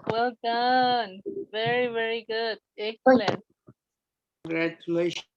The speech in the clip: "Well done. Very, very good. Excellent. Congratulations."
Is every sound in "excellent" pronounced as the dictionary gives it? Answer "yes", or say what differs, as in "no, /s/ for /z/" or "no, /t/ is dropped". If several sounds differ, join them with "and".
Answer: no, /l/ is dropped